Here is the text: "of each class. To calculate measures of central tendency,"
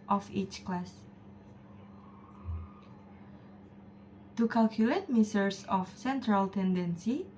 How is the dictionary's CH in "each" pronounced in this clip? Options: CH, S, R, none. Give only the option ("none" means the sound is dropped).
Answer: CH